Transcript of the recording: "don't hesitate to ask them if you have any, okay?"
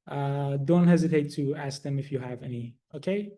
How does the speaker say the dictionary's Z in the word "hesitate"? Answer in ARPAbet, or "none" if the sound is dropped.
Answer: Z